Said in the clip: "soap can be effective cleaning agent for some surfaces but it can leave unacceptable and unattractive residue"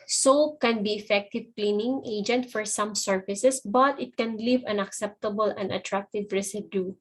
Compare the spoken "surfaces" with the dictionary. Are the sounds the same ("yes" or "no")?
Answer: no